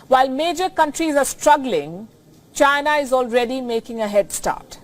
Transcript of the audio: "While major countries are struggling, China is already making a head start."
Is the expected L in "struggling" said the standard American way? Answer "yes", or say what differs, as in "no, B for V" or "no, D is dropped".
yes